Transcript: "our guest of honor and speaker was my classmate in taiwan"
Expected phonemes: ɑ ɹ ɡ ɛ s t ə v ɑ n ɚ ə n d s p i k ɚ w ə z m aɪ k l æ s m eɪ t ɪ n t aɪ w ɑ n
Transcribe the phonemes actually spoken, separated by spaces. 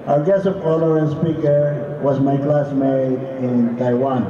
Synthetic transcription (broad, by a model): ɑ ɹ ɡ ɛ s ə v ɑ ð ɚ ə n s p i k ɚ w ə z m aɪ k l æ s m eɪ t ɪ n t aɪ w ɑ n